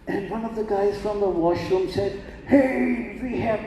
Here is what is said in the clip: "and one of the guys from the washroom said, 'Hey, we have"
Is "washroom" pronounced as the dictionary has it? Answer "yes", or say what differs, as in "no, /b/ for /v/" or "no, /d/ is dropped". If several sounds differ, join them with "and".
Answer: yes